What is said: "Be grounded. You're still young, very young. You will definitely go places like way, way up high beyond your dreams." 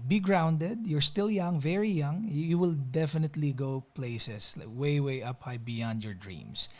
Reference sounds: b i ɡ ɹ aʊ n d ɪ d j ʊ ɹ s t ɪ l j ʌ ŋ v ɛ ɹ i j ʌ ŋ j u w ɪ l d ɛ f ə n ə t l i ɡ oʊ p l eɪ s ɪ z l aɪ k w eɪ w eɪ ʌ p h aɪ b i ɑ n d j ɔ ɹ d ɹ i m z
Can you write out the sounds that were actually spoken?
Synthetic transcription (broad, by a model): b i ɡ ɹ aʊ n d ɪ d j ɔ ɹ s t ɪ l j ʌ ŋ v ɛ ɹ i j ʌ ŋ j u w ɪ l d ɛ f ə n ə t l i ɡ oʊ p l eɪ s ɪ s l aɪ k w eɪ w eɪ ʌ p h aɪ b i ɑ n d j ɔ ɹ d ɹ i m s